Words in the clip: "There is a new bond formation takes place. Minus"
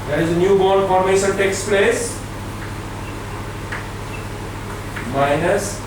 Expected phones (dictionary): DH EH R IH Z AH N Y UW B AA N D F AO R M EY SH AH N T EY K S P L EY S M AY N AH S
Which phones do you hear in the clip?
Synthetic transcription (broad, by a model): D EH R IH Z AH N Y UW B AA D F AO R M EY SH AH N T EY K S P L EY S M AY N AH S